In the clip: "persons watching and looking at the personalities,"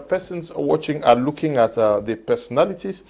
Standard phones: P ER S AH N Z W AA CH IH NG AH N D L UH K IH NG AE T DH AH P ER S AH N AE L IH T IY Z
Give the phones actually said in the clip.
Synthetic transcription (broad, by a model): P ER S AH N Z W AA CH IH NG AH L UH K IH NG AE T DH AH P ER S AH N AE L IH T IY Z